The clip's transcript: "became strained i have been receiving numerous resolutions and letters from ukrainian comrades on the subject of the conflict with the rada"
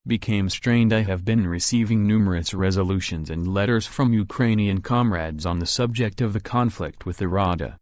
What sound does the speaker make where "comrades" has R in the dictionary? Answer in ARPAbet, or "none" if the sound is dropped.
R